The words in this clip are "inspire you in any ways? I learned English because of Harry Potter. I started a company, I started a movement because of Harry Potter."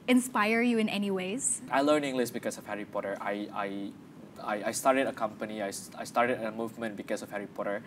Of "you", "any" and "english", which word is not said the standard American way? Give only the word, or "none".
english